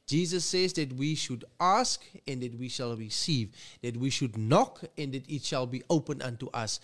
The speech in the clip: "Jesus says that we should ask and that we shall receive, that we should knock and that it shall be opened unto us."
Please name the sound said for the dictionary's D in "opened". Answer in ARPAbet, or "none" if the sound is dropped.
none